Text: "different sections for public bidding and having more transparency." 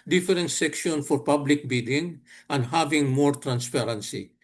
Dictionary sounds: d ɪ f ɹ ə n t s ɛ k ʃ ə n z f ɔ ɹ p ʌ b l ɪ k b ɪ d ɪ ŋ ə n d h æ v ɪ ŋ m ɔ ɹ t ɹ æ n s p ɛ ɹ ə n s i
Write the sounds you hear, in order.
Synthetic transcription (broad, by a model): d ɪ f ɹ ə n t s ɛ k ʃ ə n f ɔ ɹ p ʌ b l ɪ k b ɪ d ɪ ŋ ə n d h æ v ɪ ŋ m ɔ ɹ t ɹ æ n s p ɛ ɹ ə n s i